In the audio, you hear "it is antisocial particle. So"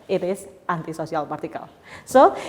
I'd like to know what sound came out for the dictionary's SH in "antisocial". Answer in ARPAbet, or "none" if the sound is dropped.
S